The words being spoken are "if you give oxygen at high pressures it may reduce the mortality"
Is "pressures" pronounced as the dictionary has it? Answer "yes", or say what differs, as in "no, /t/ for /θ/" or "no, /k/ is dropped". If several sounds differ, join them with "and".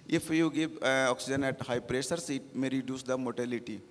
no, /s/ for /z/